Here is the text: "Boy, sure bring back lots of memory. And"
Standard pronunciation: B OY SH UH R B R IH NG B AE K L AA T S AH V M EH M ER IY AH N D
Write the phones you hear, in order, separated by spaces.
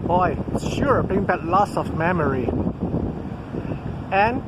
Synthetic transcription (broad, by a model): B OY SH UH R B IH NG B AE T L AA S AH V M EH M ER IY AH N